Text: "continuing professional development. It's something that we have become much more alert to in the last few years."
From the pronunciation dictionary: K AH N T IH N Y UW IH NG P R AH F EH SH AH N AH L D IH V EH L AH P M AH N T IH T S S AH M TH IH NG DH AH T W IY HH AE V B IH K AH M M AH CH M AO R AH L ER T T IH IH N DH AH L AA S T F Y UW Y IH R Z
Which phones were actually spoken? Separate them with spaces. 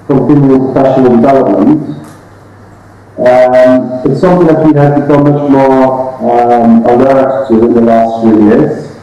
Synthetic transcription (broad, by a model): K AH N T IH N Y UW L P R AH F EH SH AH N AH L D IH V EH L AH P M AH N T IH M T S AH M TH IH NG DH AH T W IY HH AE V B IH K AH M M AH CH M AO R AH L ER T T IH IH N DH AH L AA S T F Y UW Y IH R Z